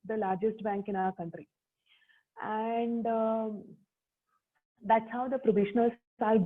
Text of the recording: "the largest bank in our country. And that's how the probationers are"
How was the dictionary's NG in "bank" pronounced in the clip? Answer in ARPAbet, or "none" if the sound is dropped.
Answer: NG